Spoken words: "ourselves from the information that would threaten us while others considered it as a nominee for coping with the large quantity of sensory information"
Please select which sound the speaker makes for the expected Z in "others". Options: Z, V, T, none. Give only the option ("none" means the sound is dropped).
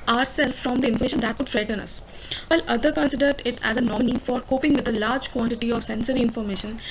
none